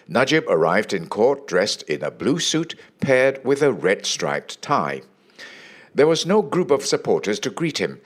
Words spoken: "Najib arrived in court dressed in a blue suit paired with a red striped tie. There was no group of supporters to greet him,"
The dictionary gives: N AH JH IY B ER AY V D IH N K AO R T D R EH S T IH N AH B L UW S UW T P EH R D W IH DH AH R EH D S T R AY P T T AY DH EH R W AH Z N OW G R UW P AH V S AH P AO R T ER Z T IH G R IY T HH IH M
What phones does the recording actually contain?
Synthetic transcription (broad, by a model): N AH JH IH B ER AY V D IH N K AO R T D R EH S T IH N AH B L UW S UW T P EH R D W IH DH AH R EH D S T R AY P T T AY DH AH R W AH Z N OW G R UW P AH V S AH P AO R T ER Z T IH G R IY T HH IH M